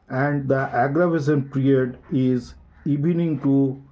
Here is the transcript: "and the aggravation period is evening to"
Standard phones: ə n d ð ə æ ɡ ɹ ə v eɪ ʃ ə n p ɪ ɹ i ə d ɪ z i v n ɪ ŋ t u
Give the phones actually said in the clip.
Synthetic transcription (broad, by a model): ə n d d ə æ ɡ ɹ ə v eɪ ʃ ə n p ɹ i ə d ɪ z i b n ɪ ŋ t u